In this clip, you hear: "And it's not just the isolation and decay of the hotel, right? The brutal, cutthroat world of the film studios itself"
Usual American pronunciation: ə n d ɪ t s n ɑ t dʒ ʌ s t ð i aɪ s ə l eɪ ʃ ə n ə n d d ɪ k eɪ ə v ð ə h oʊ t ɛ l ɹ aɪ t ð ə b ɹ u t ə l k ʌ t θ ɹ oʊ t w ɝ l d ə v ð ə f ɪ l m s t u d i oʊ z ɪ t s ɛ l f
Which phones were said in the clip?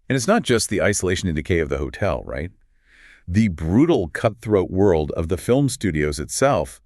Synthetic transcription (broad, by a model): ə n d ɪ t s n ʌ t dʒ ʌ s t ð i aɪ s ə l eɪ ʃ ə n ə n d d ɪ k eɪ ə v ð ə h oʊ t ɛ l ɹ aɪ t ð ə b ɹ u t l k ʌ t θ ɹ oʊ t w ɝ l d ə v ð ə f ɪ l m s t u d i oʊ z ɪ t s ɛ l f